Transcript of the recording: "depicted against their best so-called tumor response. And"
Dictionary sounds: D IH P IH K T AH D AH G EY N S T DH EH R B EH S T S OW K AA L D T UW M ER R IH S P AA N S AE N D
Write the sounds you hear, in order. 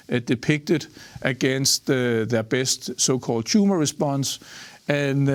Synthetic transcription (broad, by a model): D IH P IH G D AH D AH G EY N S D DH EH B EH S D S OW K AA L D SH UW M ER R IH S B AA N S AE N